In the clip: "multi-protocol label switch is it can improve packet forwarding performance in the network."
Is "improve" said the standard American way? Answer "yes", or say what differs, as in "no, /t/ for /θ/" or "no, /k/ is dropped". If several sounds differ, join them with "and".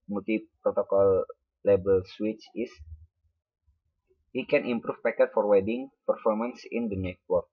no, /f/ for /v/